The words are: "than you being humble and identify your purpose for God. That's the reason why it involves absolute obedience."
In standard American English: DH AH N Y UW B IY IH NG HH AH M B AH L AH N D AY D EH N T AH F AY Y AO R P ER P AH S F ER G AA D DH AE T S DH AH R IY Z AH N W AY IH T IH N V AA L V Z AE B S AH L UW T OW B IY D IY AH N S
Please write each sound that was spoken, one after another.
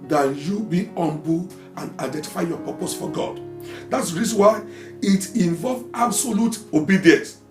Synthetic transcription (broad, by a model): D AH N Y UW B IY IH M B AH AH N D AY D EH N T AH F AY Y AO P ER P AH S F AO G AA D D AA T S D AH R IY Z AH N W AY IH T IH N V AA L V AA B S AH L UW T OW B IY D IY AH N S